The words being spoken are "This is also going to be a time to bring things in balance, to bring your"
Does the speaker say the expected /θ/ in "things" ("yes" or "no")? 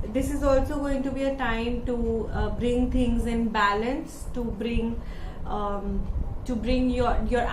no